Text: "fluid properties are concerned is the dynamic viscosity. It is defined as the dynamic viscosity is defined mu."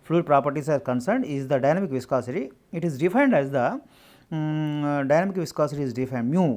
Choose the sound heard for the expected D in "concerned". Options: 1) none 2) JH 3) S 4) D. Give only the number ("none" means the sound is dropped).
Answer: 4